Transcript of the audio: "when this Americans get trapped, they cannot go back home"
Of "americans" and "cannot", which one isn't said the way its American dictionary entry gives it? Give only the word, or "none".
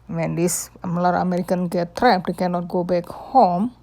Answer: americans